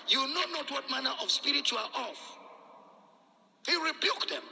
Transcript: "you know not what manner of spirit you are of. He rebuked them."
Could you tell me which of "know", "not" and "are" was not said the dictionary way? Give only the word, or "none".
are